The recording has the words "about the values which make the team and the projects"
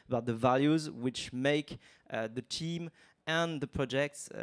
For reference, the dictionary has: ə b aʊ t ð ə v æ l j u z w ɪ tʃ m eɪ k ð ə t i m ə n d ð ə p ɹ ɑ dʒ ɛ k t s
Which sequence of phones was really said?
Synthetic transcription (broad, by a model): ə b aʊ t ð ə v æ l j u z w ɪ tʃ m eɪ k ð ə t i m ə n ð ə p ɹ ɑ dʒ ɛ k t s